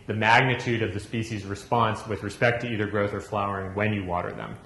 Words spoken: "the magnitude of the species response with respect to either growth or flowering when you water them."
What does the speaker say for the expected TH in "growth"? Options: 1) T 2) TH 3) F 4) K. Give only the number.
2